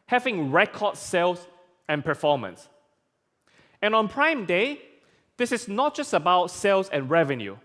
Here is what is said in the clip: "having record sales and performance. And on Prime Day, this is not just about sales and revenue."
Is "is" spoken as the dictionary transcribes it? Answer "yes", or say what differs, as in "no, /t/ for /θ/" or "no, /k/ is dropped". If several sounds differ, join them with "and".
no, /s/ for /z/